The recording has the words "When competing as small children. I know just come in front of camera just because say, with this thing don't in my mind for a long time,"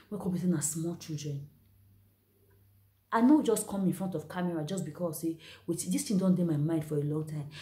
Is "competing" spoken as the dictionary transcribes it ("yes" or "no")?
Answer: no